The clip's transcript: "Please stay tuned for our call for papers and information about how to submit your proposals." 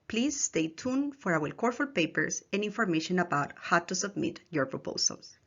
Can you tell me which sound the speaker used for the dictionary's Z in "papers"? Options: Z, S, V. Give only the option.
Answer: S